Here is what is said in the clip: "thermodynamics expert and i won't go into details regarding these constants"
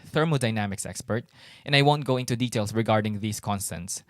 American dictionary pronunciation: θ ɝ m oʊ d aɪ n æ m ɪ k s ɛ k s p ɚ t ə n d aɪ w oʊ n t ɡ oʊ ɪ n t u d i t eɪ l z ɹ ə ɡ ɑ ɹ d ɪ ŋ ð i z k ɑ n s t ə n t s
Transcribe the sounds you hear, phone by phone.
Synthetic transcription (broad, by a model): θ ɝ m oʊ d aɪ n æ m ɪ k s ɛ k s p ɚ t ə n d aɪ w oʊ n t ɡ oʊ ɪ n t u d i t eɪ l s ɹ ə ɡ ɑ ɹ d ɪ ŋ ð i s k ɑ n s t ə n t s